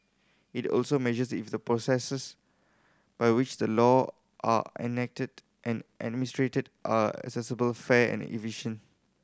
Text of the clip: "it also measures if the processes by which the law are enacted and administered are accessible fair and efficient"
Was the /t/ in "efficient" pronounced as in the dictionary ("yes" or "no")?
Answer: no